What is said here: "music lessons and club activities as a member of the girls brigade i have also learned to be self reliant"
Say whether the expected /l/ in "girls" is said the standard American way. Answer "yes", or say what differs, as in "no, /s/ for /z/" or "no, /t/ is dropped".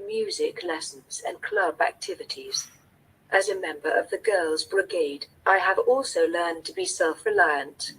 yes